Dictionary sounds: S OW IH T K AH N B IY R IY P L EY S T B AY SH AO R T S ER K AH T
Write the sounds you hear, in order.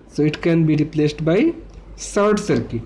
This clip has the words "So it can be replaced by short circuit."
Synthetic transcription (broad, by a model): S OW IH T K AH N B IY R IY P L EY S T B AY S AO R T S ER K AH